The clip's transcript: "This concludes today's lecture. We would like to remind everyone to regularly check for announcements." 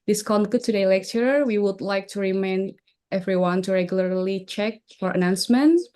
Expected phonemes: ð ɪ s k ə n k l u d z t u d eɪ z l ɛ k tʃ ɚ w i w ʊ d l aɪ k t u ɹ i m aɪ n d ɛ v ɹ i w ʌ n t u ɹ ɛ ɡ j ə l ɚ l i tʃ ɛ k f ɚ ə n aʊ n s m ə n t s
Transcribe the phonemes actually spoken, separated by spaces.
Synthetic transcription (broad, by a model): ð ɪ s k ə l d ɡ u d t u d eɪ l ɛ k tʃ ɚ w i w ʊ d l aɪ k t u ɹ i m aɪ n ɛ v ɹ i w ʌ n t u ɹ ɛ ɡ j ə l ɚ l i tʃ ɛ k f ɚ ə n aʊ n s m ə n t